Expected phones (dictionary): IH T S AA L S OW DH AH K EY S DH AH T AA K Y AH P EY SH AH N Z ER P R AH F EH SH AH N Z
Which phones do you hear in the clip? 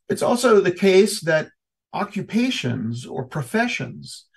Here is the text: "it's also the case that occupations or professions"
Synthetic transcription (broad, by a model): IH T S AA L S OW DH AH K EY S DH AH T AA K Y AH P EY SH AH N Z ER P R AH F EH SH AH N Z